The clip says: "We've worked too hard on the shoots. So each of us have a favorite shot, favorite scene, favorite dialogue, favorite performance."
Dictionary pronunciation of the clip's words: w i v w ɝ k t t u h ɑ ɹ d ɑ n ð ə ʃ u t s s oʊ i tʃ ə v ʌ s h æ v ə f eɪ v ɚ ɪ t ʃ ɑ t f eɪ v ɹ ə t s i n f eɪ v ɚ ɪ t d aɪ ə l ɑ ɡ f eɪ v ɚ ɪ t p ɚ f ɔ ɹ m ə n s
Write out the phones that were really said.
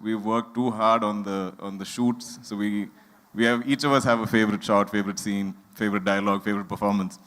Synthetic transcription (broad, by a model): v i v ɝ k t t u h ɑ ɹ d ɑ n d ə ʃ u t s s oʊ i tʃ ə v ʌ s h æ v ə f eɪ v ɚ ɪ t ʃ ɑ t f eɪ v ɹ ə t s i n f eɪ v ɚ ɪ t d aɪ ə l ɑ ɡ f eɪ v ɚ ɪ t p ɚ f ɔ ɹ m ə n s